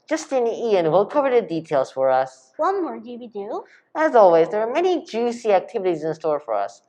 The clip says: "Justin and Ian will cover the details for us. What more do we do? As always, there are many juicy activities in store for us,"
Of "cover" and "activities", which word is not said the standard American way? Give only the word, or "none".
none